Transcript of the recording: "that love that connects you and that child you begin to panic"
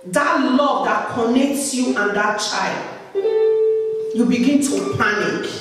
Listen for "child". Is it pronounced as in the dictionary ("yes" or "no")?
yes